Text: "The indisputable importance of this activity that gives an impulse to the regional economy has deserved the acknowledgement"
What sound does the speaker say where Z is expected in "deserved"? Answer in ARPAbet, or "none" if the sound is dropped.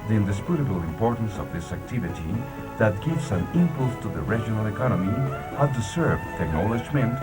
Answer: S